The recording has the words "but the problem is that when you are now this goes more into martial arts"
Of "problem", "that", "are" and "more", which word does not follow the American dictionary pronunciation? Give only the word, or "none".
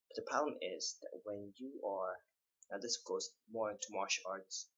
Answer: problem